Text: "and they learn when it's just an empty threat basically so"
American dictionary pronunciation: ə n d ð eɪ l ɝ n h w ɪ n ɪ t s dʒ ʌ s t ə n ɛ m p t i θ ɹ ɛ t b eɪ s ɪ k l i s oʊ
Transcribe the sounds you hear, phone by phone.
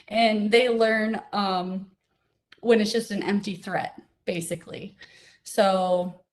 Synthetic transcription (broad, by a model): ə n ð eɪ l ɝ n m w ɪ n ɪ t s dʒ ʌ s t ə n ɛ m p t i θ ɹ ɛ t b eɪ s ɪ k l i s oʊ